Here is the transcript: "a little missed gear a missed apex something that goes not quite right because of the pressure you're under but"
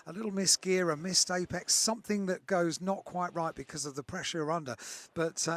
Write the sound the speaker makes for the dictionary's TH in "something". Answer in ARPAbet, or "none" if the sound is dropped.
TH